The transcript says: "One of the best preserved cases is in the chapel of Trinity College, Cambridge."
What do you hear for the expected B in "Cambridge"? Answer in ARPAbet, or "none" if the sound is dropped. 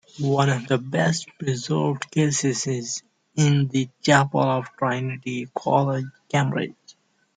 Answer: none